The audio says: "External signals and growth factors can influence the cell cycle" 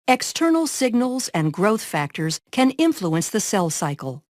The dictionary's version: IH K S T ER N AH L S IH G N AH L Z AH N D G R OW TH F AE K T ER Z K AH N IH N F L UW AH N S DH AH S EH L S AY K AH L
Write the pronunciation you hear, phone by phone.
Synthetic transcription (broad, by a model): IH K S T ER N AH L S IH G N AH L Z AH N G R OW TH F AE K T ER Z K AH N IH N F L UW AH N S DH AH S EH L S AY K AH L